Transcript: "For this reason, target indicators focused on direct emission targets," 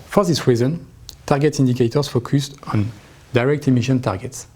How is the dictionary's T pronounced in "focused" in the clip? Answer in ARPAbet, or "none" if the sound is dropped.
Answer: T